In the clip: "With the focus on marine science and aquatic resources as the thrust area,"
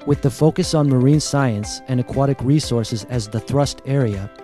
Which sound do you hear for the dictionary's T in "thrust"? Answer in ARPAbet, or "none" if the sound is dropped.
T